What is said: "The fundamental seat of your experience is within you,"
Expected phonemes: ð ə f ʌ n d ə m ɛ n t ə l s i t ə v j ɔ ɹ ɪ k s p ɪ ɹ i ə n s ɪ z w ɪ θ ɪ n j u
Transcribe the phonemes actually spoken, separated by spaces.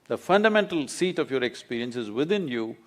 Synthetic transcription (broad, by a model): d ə f ʌ n d ə m ɛ n t ə l s i t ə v j ɔ ɹ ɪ k s p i ɹ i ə n s ɪ z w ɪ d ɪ n j u